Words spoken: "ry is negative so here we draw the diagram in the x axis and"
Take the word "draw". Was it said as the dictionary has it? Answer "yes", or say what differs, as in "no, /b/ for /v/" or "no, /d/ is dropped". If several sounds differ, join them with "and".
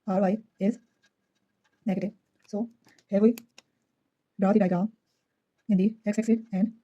no, /ɹ/ is dropped